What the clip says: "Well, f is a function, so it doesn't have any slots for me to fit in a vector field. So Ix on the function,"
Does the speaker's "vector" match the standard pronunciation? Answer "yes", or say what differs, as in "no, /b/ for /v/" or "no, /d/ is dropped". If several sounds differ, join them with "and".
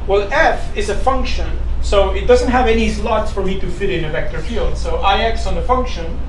yes